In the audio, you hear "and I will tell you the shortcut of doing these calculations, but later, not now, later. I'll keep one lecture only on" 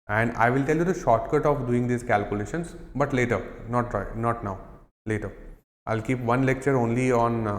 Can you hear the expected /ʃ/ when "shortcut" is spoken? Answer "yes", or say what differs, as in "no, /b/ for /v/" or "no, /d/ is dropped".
yes